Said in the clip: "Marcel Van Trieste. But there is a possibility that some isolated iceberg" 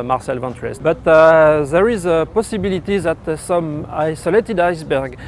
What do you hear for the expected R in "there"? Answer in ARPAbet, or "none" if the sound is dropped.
R